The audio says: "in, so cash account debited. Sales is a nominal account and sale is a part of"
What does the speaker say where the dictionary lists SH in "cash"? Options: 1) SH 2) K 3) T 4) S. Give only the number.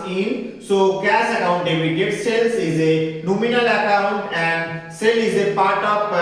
4